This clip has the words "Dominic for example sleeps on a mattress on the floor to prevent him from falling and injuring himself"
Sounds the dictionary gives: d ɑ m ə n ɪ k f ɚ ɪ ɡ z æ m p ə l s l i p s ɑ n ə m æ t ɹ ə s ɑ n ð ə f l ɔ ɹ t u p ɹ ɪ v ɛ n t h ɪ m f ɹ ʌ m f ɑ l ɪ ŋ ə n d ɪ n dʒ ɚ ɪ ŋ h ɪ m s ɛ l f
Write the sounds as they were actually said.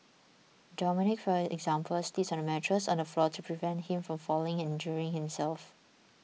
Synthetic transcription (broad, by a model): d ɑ m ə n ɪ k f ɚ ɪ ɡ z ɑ m p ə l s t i s ɑ n ə m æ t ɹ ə s ɑ n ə f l ɔ t u p ɹ ɪ v ɛ n t h ɪ m f ɹ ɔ m f ɑ l ɪ ŋ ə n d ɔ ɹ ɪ ŋ h ɪ m s ɛ l f